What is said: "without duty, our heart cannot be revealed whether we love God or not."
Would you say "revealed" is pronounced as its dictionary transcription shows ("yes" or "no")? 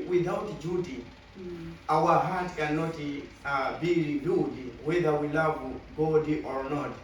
no